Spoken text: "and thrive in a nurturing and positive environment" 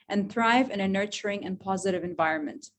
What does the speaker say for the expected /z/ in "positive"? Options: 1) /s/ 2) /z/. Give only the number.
2